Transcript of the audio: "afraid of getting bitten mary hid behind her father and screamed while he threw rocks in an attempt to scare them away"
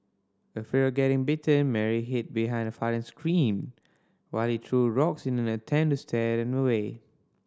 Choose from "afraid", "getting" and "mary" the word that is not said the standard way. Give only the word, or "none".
afraid